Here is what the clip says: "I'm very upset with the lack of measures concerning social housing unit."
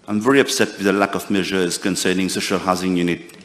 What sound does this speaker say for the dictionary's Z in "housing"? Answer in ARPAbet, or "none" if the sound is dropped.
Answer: Z